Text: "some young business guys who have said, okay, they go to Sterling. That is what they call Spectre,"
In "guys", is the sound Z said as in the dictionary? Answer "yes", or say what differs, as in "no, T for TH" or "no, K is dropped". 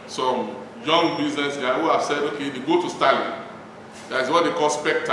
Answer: no, Z is dropped